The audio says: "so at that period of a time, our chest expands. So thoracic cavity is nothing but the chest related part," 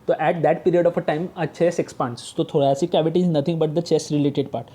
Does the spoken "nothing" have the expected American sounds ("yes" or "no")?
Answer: no